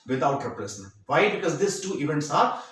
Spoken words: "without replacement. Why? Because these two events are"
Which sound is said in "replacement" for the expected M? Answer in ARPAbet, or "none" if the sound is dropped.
none